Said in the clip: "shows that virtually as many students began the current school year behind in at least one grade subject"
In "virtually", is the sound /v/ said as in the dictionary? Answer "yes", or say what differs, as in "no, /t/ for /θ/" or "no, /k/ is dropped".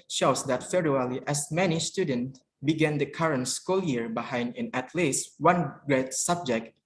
no, /f/ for /v/